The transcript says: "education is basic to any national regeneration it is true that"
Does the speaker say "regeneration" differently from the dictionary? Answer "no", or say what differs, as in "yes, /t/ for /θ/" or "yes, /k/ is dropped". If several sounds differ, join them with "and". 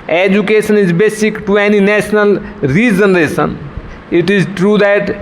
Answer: yes, /s/ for /ʃ/